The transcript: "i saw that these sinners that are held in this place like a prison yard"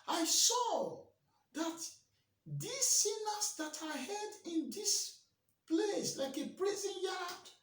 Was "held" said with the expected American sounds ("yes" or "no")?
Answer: no